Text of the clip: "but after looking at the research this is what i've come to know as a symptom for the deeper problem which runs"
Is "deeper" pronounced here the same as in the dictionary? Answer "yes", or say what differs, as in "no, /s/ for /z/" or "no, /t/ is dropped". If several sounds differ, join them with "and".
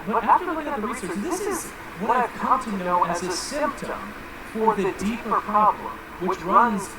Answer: yes